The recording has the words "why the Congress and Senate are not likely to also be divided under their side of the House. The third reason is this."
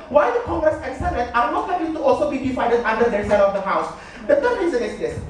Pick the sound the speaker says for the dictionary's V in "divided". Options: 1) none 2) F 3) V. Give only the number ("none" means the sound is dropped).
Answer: 2